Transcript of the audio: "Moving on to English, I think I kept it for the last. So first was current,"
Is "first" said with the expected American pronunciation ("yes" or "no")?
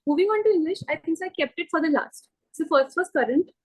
yes